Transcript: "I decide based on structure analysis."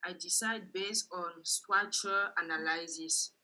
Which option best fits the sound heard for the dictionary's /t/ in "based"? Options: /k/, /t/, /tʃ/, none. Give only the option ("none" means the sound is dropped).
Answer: /t/